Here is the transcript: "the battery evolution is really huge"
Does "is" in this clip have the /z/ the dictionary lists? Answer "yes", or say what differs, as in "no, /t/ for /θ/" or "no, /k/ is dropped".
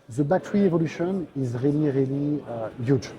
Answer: yes